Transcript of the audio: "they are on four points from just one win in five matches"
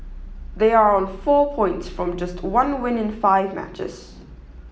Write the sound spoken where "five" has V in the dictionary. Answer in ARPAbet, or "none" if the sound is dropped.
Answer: V